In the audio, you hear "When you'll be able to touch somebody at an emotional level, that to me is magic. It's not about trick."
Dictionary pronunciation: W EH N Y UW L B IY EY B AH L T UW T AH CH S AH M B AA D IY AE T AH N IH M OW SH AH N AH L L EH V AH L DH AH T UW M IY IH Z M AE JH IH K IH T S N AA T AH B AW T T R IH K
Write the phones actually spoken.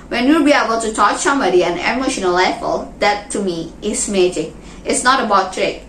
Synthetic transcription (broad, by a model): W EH N Y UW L B IY EY B AH L T UW T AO CH S AH M B AA D IY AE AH N IH M OW SH AH N AH L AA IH F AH L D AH T UW M IY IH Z M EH JH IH K IH T S N AA T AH B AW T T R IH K